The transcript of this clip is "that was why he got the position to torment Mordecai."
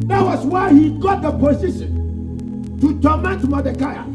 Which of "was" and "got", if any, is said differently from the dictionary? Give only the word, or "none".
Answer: was